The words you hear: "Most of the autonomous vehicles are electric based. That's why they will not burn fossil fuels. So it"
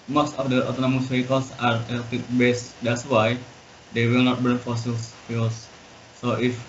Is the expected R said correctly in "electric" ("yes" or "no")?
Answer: no